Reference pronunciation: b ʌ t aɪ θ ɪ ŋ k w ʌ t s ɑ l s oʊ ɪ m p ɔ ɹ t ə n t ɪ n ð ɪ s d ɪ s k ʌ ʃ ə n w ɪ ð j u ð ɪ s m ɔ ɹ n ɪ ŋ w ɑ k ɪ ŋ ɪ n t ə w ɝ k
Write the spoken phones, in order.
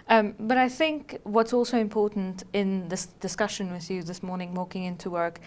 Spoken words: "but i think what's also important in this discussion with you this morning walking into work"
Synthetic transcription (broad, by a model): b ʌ t aɪ θ ɪ ŋ k w ʌ t s ɑ l s oʊ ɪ m p ɔ ɹ t n t ɪ n ð ɪ s d ɪ s k ʌ ʃ ə n w ɪ ð j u ð ɪ s m ɔ ɹ n ɪ ŋ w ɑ k ɪ ŋ ɪ n t ə w ɝ k